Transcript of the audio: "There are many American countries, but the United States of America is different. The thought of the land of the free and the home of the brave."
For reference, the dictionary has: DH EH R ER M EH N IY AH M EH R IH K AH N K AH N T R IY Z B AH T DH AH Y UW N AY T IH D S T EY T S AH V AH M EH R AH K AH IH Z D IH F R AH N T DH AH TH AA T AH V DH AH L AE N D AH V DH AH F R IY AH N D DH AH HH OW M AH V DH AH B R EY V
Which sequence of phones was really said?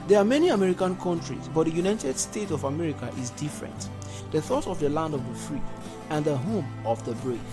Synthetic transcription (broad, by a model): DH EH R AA M EH N IY AH M EH R IH K AH N K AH N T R IY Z B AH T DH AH Y UW N AY T IH D S T EY T AH V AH M EH R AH K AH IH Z D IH F R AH N T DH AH TH AA T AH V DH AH L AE N D AH V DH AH F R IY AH N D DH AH HH OW M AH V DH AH B R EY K